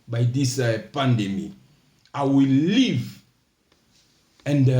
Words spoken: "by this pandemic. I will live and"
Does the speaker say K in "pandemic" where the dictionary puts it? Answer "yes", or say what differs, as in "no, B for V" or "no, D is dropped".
no, K is dropped